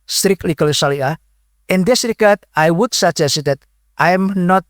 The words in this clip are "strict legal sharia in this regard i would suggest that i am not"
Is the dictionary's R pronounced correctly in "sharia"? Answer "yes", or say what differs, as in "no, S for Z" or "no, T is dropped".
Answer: no, L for R